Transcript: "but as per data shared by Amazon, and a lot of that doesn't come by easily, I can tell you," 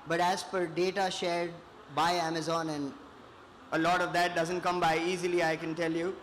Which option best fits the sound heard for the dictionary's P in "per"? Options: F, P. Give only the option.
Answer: F